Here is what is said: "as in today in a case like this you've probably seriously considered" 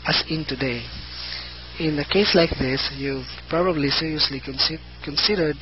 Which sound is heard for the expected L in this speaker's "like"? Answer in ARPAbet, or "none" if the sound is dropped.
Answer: L